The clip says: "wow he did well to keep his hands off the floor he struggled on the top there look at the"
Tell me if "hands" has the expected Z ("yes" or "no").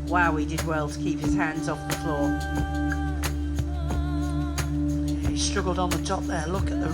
yes